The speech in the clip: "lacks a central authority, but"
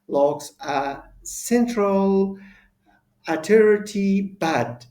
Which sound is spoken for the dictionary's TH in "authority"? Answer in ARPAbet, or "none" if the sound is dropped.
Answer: T